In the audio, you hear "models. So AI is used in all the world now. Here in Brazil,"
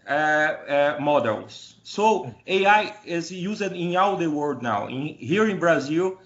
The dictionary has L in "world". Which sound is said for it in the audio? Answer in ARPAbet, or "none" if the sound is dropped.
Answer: none